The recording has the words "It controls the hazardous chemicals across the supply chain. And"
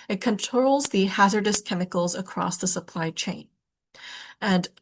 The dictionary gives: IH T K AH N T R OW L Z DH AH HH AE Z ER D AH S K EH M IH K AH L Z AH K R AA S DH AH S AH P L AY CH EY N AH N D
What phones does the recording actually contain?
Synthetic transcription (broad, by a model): IH T K AH N T R OW L Z DH AH HH AE Z ER D AH S K EH M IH K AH L Z AH K R AA S DH AH S AH P L AY CH EY N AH N